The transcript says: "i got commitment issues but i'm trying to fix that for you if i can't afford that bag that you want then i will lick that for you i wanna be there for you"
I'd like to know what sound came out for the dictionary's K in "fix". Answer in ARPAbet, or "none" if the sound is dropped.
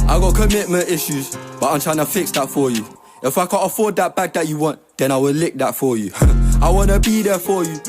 K